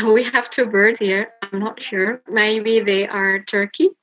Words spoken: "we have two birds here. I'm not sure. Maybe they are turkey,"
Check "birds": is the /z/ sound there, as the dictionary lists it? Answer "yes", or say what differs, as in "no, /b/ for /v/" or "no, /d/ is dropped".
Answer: no, /z/ is dropped